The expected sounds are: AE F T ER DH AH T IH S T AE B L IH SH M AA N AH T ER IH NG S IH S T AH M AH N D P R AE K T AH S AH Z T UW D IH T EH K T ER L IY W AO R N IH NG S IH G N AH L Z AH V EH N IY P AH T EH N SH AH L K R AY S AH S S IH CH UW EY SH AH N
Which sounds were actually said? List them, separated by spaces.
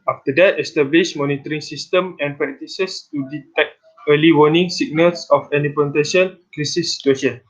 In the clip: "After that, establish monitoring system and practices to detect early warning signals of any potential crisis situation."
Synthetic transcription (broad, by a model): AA F T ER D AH T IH S T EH B L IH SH M AA N AH T ER IH NG S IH S T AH M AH N P R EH K T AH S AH S T UW D IH T EH K T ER L IY W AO N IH NG S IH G N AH L S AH F EH N IY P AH T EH SH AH N K R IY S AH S S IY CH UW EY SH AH N